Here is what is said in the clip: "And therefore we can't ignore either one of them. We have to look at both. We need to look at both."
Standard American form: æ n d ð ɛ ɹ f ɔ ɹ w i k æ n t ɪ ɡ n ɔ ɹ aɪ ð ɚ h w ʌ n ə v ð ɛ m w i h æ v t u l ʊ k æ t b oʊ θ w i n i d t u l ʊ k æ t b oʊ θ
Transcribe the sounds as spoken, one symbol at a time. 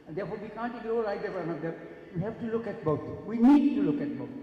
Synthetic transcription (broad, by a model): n d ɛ ɹ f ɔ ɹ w i k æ n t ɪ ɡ ɔ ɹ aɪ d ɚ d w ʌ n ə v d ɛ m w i h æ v t u l ʊ k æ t b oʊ t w i n i d t u l ʊ k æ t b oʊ